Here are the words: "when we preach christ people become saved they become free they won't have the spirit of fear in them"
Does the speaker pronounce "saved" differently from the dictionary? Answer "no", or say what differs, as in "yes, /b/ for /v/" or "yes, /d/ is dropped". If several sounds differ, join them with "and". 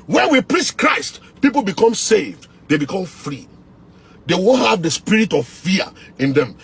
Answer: no